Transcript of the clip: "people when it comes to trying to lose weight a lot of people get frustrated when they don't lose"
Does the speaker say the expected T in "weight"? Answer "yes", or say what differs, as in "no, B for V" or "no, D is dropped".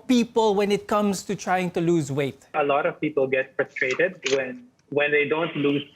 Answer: yes